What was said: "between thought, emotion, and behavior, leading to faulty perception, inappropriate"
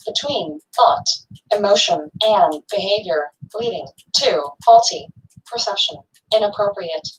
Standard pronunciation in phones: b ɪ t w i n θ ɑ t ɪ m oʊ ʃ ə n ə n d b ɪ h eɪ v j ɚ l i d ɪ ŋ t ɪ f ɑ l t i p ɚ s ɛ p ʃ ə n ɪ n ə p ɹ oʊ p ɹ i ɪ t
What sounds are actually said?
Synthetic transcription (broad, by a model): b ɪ t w i n θ ɑ t ɪ m oʊ ʃ ə n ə n b ɪ h eɪ v j ɚ l i d ɪ ŋ t ɪ f ɑ l t i p ɚ s ɛ p ʃ ə n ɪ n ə p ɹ oʊ p ɹ i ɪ t